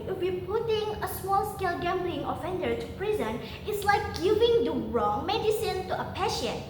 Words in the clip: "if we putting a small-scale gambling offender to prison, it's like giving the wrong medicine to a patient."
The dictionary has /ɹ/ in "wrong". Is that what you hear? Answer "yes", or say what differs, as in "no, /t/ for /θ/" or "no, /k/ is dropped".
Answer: yes